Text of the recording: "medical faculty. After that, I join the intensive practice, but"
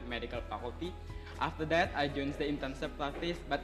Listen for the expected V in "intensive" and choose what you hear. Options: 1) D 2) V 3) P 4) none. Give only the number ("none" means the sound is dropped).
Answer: 3